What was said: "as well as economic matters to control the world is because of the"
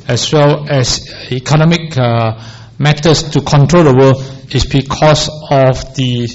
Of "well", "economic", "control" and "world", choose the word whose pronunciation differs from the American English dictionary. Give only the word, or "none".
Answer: world